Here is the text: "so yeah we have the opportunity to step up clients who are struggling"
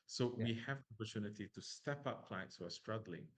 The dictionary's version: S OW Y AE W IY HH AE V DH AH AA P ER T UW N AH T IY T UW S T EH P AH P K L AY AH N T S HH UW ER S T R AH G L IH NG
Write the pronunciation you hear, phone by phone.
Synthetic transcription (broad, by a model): S OW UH W IY HH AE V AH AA P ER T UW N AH T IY T UW S T EH P AH P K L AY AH T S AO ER S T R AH G L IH NG